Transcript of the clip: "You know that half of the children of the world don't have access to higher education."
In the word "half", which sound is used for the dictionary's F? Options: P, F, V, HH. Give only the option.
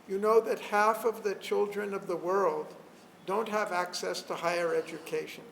F